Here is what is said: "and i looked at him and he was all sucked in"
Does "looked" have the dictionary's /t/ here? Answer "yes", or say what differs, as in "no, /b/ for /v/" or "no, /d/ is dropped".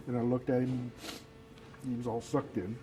yes